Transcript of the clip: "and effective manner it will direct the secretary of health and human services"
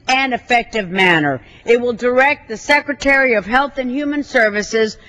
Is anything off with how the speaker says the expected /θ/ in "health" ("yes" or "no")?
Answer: no